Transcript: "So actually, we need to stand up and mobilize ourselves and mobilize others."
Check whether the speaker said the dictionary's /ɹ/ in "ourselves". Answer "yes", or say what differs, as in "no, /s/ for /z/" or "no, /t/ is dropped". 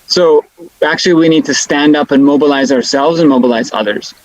yes